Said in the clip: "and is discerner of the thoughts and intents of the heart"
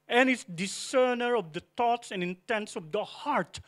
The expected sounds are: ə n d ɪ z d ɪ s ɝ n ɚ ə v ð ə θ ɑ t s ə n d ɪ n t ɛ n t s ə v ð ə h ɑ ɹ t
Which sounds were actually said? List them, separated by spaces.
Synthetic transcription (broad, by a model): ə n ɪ s d ɪ s ɝ n ɚ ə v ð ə t ɑ t s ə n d ɪ n t ɛ n t s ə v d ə h ɑ ɹ t